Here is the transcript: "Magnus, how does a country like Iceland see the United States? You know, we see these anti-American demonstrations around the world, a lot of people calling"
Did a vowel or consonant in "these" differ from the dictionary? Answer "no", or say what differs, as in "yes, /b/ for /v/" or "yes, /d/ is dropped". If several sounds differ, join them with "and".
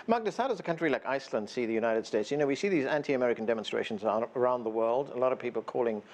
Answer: no